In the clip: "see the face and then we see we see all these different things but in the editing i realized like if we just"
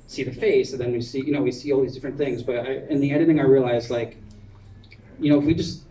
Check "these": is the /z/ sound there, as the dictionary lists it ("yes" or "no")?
yes